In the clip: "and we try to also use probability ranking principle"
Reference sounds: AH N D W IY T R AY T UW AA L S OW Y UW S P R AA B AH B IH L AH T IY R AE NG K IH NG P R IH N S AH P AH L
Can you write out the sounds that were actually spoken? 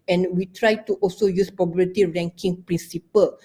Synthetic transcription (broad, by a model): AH N W IY T R AY T UW AA L S OW Y UW S P AA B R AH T IY R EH NG K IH NG P R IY N S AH P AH L